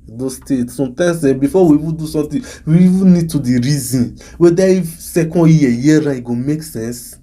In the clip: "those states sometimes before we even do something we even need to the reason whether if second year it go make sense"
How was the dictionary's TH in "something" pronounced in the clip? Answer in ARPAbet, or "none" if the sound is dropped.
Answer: T